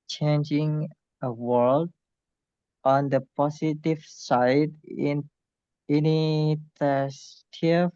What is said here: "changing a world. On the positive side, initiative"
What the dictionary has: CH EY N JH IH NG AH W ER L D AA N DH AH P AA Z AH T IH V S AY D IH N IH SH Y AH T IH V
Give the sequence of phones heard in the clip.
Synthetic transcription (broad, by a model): CH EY N JH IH NG AH W ER L D AA N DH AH P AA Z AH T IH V S AY D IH N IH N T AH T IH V